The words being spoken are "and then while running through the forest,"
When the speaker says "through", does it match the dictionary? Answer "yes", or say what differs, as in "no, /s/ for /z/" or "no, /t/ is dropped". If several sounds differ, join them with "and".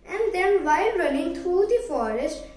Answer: no, /t/ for /θ/